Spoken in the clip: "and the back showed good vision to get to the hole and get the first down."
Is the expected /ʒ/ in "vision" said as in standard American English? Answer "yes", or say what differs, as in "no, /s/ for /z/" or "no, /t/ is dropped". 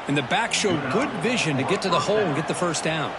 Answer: yes